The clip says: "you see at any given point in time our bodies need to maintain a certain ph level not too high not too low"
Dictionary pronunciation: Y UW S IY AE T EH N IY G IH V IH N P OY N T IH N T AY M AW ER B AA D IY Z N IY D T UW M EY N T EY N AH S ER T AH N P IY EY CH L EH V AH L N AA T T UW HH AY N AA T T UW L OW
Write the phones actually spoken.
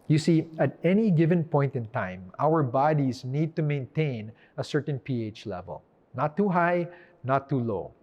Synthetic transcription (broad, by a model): Y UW S IY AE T EH N IY G IH V IH N P OY N T IH N T AY M AW ER B AA D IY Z N IY D T UW M EY N T EY N AH S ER T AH N P IY EY CH L EH V AH L N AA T T UW HH AY N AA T T UW L OW